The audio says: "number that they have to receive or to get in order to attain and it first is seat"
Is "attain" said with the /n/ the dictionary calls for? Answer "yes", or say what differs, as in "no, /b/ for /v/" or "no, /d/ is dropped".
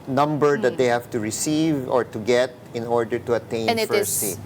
no, /n/ is dropped